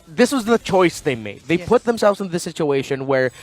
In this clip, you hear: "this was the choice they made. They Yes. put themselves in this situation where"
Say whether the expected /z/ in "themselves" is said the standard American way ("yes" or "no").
yes